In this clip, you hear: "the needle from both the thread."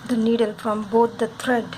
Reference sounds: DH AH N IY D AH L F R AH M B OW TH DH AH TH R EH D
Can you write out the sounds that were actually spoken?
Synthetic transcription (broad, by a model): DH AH N IY D AH L F R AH M B OW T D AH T R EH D